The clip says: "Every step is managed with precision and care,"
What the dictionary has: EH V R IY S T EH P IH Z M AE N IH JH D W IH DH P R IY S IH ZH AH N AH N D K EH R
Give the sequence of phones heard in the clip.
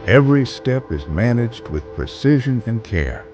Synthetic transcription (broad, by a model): EH V R IY S T EH P IH Z M AE N IH JH D W IH DH P R IY S IH ZH AH N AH N K EH R